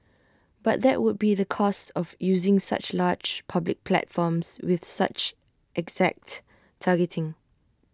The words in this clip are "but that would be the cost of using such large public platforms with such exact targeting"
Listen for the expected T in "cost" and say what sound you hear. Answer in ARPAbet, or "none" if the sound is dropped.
T